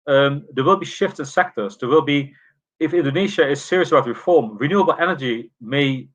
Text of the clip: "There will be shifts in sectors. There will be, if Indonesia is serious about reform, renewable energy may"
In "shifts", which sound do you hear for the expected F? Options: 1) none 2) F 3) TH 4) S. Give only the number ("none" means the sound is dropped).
2